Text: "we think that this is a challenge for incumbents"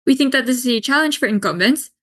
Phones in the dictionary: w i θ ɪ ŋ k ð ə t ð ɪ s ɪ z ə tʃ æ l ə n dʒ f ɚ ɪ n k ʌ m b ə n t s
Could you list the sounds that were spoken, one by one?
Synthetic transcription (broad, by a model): w i θ ɪ ŋ k ð ə t ð ɪ s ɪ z ə tʃ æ l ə n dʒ f ɚ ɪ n k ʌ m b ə n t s